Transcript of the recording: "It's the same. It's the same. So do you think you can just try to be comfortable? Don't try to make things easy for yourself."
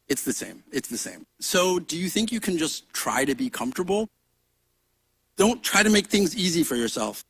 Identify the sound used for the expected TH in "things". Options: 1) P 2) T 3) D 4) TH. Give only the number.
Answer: 4